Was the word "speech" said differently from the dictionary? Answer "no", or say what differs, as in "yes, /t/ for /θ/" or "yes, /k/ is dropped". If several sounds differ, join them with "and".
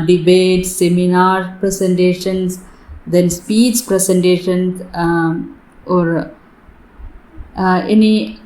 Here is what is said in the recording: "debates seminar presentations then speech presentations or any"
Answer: yes, /s/ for /tʃ/